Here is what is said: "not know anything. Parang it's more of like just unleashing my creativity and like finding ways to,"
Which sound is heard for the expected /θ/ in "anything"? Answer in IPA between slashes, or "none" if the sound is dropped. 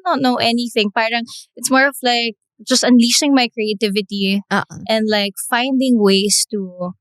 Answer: /θ/